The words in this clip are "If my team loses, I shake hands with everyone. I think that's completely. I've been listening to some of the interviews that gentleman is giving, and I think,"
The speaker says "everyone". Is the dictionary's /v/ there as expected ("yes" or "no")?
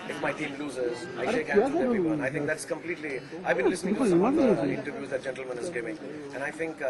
no